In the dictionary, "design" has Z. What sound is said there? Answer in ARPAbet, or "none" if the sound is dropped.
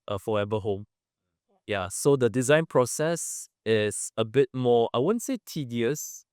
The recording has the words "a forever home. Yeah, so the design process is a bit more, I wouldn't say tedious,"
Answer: Z